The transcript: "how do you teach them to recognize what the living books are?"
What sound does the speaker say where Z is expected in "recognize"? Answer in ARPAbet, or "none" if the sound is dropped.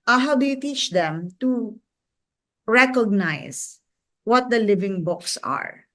S